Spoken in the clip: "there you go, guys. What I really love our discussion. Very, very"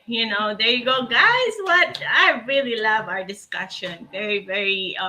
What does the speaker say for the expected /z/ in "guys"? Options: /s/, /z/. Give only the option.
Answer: /z/